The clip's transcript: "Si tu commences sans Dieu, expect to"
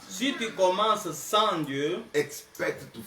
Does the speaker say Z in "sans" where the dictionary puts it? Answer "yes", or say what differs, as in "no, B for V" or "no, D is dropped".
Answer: no, Z is dropped